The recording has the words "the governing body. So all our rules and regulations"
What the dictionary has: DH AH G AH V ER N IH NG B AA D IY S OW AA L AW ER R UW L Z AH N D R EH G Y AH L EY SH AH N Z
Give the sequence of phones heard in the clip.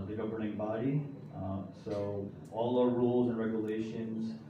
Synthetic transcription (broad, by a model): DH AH G AH V ER N IH NG B AA D IY S OW AA L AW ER R UW L Z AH N R EH G Y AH L EY SH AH N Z